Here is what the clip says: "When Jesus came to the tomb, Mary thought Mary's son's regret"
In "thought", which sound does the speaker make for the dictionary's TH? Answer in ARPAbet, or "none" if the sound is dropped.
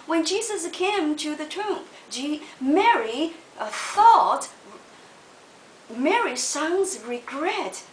TH